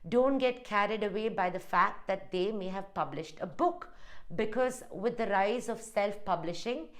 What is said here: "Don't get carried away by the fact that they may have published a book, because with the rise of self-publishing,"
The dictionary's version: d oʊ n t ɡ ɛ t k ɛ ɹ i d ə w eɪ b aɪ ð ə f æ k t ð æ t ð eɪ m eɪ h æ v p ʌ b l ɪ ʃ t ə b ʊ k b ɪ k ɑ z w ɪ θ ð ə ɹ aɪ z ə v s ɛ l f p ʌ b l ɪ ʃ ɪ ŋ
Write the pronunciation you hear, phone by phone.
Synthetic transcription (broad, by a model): d oʊ n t ɡ ɛ t k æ ɹ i d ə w eɪ b aɪ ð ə f æ k t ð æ t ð eɪ m eɪ h æ v p ʌ b l ɪ ʃ t ə b ʊ k b ɪ k ɑ z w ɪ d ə ɹ aɪ z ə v s ɛ l f p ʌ b l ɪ ʃ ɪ ŋ